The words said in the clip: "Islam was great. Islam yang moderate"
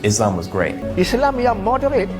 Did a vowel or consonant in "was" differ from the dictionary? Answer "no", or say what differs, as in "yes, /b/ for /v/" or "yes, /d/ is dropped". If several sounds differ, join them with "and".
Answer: no